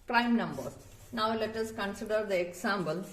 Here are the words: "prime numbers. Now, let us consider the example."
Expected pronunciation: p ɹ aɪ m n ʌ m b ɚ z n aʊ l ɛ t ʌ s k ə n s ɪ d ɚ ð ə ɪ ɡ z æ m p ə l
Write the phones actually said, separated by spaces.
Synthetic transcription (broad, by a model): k ɹ aɪ m n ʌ m b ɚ n aʊ l ɛ t ʌ s k ə n s ɪ d ɚ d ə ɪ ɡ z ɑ m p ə l